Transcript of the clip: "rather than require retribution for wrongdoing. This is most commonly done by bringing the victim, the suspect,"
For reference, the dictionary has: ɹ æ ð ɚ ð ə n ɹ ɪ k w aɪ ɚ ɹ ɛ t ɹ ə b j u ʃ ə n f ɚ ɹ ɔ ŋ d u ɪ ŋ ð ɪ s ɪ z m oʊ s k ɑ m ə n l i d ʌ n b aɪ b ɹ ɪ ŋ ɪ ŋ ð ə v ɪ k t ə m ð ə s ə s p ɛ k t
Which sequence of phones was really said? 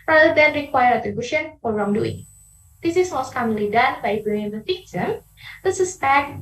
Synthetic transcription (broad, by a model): ɹ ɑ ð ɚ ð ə n ɹ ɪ k w aɪ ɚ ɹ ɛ t ɹ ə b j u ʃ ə n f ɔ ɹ ɔ ŋ d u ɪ ŋ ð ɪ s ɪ s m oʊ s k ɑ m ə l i d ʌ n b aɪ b ɪ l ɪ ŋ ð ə f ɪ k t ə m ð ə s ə s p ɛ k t